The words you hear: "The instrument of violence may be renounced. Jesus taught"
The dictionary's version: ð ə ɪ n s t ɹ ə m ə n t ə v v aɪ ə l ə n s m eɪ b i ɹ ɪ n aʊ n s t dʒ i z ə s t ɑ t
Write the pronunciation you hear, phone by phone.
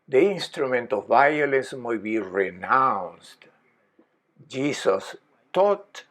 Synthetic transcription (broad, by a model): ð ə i n s t ɹ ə m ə n t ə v v aɪ ə l ə n s m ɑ b i ɹ ɪ n aʊ n s t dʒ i s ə s t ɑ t